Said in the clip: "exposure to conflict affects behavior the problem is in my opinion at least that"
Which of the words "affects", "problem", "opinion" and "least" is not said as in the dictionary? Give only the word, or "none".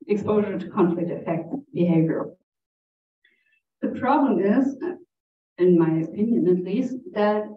affects